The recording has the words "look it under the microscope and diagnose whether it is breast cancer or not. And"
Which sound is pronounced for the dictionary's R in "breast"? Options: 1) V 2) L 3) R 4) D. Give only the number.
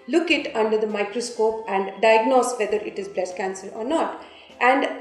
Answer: 2